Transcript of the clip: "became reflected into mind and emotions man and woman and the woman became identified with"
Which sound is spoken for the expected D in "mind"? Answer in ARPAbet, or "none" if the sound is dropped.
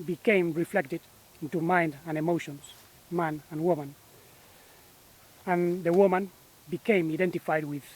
D